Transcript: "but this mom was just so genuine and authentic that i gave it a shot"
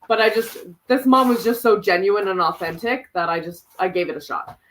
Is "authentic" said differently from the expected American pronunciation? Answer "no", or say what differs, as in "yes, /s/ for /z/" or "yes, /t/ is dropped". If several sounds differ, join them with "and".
no